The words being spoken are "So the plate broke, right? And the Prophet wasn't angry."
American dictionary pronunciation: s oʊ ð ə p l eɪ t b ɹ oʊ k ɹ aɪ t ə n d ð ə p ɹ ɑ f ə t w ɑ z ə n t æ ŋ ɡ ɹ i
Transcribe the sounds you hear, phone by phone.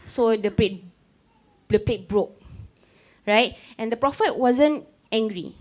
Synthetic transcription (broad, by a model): s oʊ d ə p l eɪ t b ɹ oʊ k ɹ aɪ t ə n d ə p ɹ ɑ f ə t w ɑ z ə n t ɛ ŋ ɡ ɹ i